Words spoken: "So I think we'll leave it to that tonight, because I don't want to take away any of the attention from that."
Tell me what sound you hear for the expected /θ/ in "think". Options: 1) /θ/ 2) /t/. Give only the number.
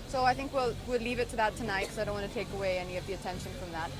1